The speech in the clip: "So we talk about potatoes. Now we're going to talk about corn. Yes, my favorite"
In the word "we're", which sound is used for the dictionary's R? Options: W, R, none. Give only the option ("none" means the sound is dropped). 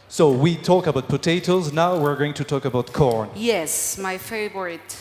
R